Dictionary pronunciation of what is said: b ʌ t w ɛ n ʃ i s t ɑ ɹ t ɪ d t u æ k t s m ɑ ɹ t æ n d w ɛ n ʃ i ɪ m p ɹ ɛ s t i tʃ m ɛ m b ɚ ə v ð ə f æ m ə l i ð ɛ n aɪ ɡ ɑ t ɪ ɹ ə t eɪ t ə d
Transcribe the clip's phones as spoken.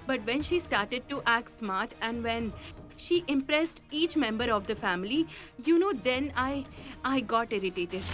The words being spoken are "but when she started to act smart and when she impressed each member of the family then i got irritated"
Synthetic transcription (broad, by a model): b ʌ t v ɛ n ʃ i s t ɑ ɹ t ɪ d t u æ k t s m ɑ ɹ t æ n d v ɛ n ʃ i ɪ m p ɹ ɛ s t i tʃ m ɛ m b ɚ ə v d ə f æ m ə n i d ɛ n aɪ ɡ ɑ t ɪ ɹ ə t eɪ t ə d